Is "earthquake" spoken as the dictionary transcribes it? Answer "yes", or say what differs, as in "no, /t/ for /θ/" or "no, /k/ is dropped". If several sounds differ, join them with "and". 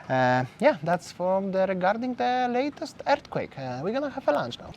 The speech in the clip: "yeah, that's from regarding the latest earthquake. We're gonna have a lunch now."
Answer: no, /t/ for /θ/